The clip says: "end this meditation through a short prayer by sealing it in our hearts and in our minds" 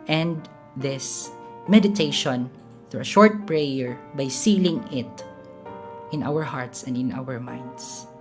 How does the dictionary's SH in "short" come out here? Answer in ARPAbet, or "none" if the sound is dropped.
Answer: SH